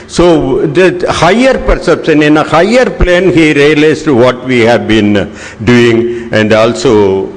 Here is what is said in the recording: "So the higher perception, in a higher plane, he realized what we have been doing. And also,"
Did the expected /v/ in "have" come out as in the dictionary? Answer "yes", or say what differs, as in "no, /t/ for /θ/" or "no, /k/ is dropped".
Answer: yes